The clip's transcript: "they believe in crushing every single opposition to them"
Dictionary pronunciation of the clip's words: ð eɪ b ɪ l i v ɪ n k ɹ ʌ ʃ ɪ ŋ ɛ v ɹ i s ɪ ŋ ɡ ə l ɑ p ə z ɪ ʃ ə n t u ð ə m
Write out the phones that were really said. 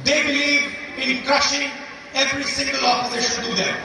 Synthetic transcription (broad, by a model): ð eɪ b ɪ l i v ɪ n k ʌ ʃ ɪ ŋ ɛ v ɹ i s ɪ ŋ ɡ ə l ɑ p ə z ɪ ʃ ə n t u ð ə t